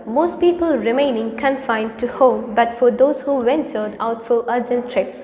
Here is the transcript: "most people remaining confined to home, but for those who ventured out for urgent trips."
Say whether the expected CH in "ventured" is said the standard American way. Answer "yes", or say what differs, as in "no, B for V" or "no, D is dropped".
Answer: no, S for CH